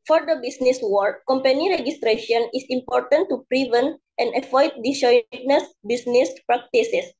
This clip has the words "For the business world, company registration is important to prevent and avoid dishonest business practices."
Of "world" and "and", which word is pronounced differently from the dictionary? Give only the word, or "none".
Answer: world